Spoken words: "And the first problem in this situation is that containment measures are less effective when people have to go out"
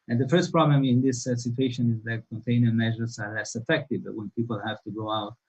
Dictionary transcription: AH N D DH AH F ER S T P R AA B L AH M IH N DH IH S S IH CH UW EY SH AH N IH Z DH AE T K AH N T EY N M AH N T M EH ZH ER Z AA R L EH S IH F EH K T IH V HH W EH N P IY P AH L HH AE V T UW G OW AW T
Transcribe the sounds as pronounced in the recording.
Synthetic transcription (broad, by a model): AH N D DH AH F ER S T P R AA B L AH M IH N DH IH S S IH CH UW EY SH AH N IH Z DH AE T K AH N T EY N AH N M EH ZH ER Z AA R L EH S IH F EH K T IH V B W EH N P IY P AH L HH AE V T UW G OW AW T